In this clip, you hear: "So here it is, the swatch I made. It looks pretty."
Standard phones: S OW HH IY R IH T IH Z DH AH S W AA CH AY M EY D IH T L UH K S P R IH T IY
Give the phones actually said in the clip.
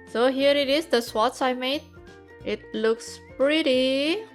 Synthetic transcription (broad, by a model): S OW HH IY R IH T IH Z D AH S W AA S AY M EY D IH T L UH K S P R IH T IY